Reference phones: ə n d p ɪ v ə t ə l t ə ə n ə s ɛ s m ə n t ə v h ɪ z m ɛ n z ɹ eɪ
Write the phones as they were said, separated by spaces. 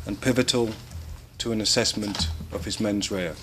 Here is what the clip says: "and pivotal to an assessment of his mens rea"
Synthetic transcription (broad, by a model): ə n p ɪ v ə t ə l t ə ə n ə s ɛ s m ə n t ə v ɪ z m ɛ n z ɹ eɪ